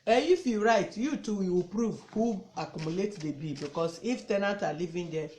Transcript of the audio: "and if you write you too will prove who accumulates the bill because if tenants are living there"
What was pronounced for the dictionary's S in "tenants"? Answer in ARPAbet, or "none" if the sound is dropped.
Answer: none